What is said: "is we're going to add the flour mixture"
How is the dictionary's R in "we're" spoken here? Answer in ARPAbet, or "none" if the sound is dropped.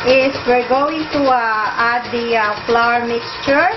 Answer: R